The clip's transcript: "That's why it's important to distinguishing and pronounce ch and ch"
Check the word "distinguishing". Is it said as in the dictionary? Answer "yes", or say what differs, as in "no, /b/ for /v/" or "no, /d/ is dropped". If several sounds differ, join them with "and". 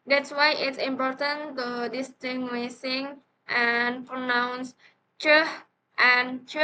no, /s/ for /ʃ/